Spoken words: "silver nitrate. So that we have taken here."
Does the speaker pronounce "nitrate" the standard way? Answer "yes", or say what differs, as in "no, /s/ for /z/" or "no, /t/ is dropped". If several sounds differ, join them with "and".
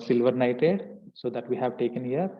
no, /ɹ/ is dropped